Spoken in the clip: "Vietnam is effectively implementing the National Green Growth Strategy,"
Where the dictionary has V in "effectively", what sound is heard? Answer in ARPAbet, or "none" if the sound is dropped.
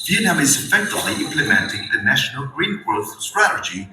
none